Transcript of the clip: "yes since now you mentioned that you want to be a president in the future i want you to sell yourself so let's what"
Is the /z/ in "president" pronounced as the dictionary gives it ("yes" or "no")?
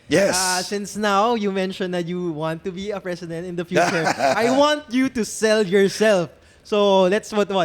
no